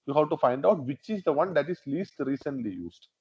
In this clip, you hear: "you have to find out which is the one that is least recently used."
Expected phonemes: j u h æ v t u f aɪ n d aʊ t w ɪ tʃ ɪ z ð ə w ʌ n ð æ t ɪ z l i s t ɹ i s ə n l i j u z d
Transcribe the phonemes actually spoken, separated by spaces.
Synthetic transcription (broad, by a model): j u h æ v t u f aɪ n d aʊ t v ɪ tʃ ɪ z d ə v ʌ n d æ t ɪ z l i s t ɹ i s ə n l i j u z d